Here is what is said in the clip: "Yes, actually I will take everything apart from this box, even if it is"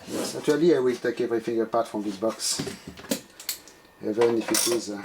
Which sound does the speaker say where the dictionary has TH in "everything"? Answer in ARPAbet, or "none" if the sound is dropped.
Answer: F